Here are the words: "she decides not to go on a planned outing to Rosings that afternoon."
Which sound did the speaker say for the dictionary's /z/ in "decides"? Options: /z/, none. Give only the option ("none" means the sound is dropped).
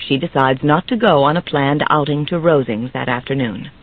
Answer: /z/